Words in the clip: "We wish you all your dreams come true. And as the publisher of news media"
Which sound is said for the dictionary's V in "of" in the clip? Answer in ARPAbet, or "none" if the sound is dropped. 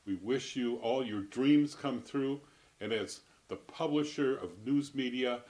V